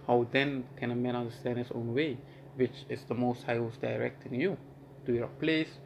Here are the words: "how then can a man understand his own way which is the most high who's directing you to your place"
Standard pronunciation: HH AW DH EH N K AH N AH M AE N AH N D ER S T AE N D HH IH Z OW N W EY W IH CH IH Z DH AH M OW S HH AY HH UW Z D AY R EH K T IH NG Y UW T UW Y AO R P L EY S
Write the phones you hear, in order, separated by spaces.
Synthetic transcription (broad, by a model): HH AW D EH N K AH N AH M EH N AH N D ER S T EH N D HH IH S OW N W EY W IH CH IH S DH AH M OW S HH AY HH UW S D AY R EH K T IH NG Y UW T UW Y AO P L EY S